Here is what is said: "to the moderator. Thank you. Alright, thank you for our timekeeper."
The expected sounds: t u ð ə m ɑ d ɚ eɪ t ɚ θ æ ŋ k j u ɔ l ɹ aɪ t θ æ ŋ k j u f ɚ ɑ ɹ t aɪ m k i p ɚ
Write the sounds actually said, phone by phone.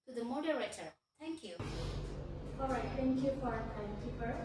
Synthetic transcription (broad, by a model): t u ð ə m ɑ d ɚ eɪ t ɚ t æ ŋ k j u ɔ ɹ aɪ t t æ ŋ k j u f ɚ ɑ ɹ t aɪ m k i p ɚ